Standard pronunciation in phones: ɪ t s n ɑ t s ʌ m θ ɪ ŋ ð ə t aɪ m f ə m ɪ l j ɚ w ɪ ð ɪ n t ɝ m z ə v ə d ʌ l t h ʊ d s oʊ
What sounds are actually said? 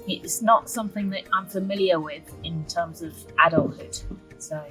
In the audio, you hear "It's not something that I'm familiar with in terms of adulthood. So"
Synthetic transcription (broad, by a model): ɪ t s n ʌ t s ʌ m θ ɪ ŋ ð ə t aɪ m f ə m ɪ l j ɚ w ɪ ð ɪ n t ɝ m z ə v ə d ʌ l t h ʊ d s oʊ